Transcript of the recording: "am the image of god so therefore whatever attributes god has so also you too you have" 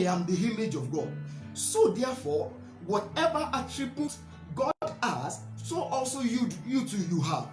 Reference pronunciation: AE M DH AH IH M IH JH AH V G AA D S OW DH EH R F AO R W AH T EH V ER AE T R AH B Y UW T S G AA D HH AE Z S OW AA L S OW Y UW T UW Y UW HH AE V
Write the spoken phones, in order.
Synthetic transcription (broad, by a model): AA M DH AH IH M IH JH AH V G AA D S OW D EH F AO W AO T EH V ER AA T R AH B Y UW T G AA D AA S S OW AA L S OW Y UW T UW Y UW HH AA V